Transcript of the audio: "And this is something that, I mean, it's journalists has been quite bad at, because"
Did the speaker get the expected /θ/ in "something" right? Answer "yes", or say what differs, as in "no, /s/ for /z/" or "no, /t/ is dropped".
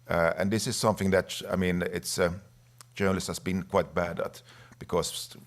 yes